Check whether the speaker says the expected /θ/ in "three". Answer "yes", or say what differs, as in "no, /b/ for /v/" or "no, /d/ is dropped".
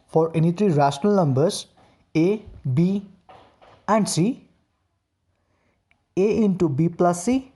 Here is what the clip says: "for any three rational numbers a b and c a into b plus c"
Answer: no, /t/ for /θ/